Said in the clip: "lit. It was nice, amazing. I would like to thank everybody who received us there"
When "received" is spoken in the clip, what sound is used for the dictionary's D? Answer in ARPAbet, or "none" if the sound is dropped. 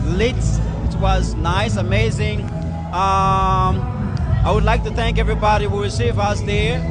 none